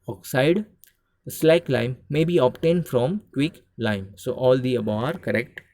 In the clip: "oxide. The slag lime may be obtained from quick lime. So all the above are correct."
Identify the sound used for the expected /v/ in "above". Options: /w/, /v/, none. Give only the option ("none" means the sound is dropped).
none